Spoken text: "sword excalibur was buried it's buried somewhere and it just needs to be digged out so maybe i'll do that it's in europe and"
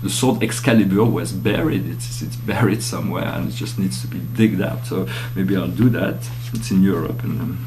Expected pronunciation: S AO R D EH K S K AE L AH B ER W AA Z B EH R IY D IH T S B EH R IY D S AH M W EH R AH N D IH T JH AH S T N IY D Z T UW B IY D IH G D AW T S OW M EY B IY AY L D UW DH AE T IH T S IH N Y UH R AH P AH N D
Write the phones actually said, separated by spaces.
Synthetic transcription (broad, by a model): S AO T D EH K S K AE L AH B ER W AA Z B EH R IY D IH T S B EH R IY D S AH M W EH R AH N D IH T JH AH S T N IY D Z T UW B IY D IH G D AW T S OW M EY B IY AY L D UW DH AE T IH T S IH N Y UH R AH P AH N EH